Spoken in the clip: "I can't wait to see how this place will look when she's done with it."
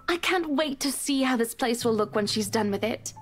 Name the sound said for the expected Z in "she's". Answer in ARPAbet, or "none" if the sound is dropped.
Z